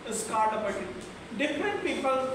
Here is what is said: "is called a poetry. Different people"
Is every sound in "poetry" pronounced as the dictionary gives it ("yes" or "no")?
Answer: no